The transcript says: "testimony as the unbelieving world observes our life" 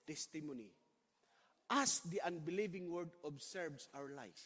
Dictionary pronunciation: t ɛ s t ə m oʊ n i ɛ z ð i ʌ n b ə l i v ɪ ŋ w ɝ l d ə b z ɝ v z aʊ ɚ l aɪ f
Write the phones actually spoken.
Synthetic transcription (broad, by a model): t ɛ s t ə m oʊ n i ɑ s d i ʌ n b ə l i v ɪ ŋ w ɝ d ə b s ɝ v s aʊ ɚ l aɪ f